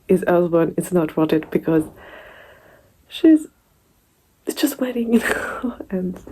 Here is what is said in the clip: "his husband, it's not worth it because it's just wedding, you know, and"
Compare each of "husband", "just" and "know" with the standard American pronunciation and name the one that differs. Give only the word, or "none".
husband